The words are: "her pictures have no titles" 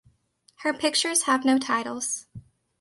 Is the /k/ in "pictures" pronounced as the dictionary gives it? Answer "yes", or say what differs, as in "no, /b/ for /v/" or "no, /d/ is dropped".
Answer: yes